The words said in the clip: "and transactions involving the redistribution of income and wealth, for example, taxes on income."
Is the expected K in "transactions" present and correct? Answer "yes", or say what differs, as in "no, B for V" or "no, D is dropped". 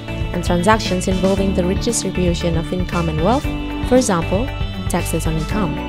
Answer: yes